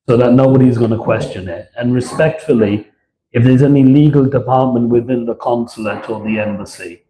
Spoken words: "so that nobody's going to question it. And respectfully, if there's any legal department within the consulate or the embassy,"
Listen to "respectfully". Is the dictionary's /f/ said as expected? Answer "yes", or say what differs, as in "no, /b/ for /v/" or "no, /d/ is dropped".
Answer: yes